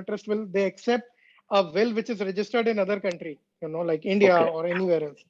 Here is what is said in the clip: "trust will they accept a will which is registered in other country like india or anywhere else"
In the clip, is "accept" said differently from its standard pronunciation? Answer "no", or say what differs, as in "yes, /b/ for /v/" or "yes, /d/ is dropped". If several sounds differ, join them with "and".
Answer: no